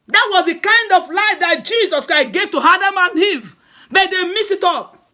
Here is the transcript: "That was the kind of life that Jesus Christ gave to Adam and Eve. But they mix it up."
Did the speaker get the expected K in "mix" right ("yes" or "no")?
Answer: no